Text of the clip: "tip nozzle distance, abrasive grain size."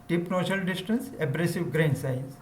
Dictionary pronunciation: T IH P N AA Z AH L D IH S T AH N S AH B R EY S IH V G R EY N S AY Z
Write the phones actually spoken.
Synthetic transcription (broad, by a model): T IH P N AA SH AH L D IH S T AH N S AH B R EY S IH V G R EY N S AY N